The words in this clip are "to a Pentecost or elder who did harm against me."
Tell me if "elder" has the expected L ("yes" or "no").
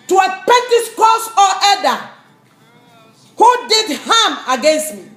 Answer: no